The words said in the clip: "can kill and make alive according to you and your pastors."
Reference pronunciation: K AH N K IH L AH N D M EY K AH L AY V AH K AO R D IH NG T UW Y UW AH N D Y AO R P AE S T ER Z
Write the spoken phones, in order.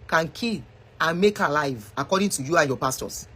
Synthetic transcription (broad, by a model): K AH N K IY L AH N M EY K AH L AY V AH K AO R D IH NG T UW Y UW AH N Y AO P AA S T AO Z